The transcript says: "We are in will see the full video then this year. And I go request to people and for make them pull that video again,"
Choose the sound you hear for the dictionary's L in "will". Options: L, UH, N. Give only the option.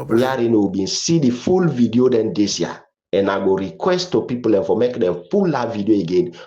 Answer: N